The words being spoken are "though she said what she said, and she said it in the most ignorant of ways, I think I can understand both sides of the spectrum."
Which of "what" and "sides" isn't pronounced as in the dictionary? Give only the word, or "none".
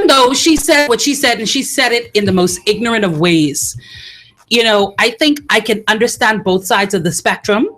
none